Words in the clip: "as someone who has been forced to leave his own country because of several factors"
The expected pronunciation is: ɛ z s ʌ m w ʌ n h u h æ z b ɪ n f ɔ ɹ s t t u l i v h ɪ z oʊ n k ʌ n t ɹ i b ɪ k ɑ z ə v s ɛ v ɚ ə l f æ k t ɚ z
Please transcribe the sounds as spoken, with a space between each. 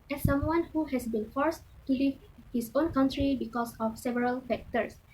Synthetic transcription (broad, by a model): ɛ s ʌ m w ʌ n h u h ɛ s b ɪ n f ɔ ɹ s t t u l i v h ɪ s oʊ n k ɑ n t ɹ i b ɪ k ɑ s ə f s ɛ v ɚ ə l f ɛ k t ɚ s